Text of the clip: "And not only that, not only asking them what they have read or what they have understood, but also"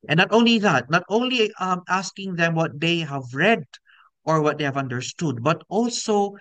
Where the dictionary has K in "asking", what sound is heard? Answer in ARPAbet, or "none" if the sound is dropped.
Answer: K